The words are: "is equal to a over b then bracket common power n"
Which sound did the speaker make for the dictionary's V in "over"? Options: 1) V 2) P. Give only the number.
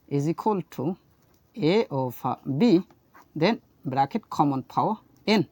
2